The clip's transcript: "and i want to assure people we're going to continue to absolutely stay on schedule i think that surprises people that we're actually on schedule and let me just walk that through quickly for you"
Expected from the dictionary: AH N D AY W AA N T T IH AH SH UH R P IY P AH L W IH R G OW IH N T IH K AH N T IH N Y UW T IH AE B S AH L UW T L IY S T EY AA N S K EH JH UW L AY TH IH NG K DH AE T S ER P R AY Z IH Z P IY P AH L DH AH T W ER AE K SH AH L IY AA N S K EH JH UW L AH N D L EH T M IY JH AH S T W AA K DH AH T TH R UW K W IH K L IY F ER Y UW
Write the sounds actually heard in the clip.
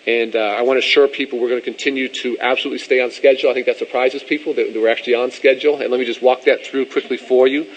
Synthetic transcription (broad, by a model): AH N AY W AA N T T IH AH SH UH R P IY P L W IH R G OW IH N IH K AH N T IH N Y UW T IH AE B S AH L UW T L IY S T EY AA N S K EH JH L AY TH IH NG K DH AE T S ER P R AY Z IH Z P IY P L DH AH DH W ER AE K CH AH L IY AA N S K EH JH L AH N L EH T M IY JH AH S T W AA K DH AH T TH R UW K W IH K L IY F ER Y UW